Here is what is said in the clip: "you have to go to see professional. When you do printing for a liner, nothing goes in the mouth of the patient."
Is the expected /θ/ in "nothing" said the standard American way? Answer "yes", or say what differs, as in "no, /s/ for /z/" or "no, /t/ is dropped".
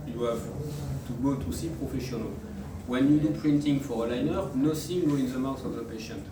no, /s/ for /θ/